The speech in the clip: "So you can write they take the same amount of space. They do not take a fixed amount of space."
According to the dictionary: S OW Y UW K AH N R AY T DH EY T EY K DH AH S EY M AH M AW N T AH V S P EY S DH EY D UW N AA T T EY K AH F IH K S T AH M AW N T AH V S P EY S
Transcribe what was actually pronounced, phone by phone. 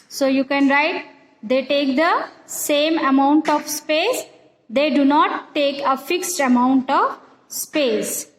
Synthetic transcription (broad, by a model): S OW Y UW K AH N R AY T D EY T EY K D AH S EY M AH M AW N T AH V S P EY S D EY D UW N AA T T EY K AH F IH K S T AH M AW N T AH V S P EY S